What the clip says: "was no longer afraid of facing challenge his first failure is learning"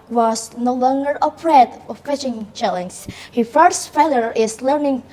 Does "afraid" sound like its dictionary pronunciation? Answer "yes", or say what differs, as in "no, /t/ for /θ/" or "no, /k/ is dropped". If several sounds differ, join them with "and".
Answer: no, /p/ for /f/